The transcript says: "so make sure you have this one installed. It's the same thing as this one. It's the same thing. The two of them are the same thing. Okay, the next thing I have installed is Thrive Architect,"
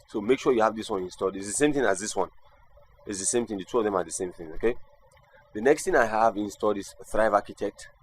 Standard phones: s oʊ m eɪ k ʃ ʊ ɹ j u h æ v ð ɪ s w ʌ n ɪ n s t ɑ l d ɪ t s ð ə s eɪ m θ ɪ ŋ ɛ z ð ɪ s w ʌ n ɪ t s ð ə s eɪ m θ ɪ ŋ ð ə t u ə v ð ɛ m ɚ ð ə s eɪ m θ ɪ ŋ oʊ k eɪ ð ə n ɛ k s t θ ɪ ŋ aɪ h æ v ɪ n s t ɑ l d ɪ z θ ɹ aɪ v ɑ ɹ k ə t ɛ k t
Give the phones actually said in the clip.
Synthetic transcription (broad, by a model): s oʊ m eɪ k ʃ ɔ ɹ j u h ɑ v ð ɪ s w ʌ n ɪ n s t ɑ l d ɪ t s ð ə s eɪ m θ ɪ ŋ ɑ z ð ɪ s w ʌ n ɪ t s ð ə s eɪ m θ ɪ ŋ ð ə t u ə v ð ɛ m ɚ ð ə s eɪ m θ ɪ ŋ oʊ k eɪ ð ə n ɛ k s t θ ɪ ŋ aɪ h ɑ v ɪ n s t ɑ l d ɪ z θ ɹ aɪ v ɑ k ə t ɛ k t